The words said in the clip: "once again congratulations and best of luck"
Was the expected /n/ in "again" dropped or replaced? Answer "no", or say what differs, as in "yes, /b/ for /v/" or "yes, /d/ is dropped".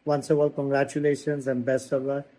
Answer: yes, /l/ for /n/